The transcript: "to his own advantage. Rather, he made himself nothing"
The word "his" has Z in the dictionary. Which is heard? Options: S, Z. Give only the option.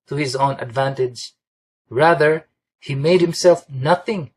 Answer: Z